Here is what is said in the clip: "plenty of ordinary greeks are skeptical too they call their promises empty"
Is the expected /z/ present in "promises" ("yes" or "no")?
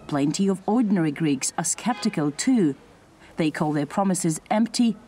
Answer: yes